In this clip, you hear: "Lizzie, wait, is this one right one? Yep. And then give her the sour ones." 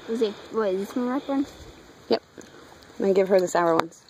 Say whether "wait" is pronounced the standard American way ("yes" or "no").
no